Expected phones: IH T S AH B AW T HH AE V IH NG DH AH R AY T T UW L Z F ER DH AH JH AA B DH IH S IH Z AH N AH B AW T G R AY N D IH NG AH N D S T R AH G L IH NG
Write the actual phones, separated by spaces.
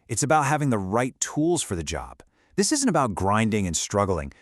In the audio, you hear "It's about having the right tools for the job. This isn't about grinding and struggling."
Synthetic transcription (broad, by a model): IH T S AH B AW T HH AE V IH NG DH AH R AY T T UW L Z F ER DH AH JH AA B DH IH S IH Z AH N AH B AW T G R AY N D IH NG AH N S T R AH G L IH NG